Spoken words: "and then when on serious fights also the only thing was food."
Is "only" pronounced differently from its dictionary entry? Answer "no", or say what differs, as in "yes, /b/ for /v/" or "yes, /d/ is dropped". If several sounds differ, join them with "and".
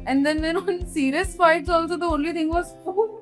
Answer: no